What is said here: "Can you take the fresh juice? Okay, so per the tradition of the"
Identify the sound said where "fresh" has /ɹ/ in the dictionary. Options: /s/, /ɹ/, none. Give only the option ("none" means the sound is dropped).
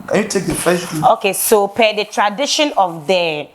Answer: none